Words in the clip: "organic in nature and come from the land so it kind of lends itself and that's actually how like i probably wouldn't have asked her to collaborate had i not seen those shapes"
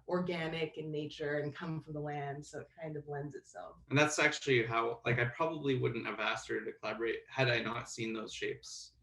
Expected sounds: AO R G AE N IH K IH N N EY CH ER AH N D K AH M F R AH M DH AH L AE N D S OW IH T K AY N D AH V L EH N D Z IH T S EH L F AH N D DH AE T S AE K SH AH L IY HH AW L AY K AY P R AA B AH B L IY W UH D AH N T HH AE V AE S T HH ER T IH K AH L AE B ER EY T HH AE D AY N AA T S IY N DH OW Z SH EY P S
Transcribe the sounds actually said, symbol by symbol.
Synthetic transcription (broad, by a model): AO R G AE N IH K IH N N EY CH ER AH N K AH M F R AH M DH AH L AE N D S OW IH T K AY N D AH V L EH N D Z IH T S EH L F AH N DH AE T S AE K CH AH L IY HH AW L AY K AY P R AA B AH B L IY W UH D N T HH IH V AE S T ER T IH K AH L AE B ER EY T HH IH D AY N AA T S IY N DH OW Z SH EY P S